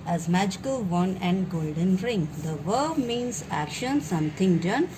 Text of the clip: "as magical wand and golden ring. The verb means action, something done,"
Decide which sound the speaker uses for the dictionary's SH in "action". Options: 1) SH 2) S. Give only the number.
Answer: 1